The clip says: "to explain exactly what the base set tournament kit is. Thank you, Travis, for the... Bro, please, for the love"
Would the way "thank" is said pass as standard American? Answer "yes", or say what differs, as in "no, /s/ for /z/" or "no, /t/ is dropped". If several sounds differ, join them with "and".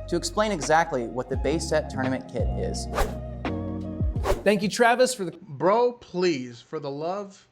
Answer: yes